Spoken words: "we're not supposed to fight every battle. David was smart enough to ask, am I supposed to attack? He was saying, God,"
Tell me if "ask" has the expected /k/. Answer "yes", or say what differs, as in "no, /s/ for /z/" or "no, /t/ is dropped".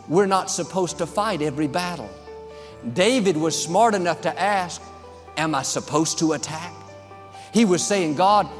yes